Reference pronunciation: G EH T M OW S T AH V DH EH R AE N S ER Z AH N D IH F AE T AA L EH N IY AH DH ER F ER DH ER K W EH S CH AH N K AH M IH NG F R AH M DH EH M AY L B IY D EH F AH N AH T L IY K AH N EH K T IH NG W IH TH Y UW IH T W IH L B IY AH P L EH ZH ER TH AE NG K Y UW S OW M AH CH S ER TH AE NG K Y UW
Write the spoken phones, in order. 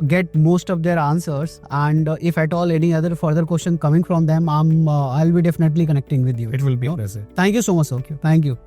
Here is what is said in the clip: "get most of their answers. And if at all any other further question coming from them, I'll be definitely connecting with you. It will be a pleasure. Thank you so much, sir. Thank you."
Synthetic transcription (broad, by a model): G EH T M OW S T AH V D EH R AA N S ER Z AH N D IH F AE T AA L EH N IY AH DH ER F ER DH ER K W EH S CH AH N K AH M IH NG F R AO M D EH M AY L B IY D EH F AH N AH T L IY K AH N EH K T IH NG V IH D Y UW IH T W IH L B IY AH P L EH S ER T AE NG K Y UW S OW M AH CH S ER T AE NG K Y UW